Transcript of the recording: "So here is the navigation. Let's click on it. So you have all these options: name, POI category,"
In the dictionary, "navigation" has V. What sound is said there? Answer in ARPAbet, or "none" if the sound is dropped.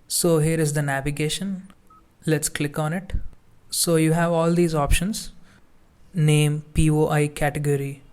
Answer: V